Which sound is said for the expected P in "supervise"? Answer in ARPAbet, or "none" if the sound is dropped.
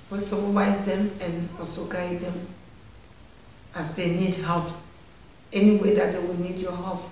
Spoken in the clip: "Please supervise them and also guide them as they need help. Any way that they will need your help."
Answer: B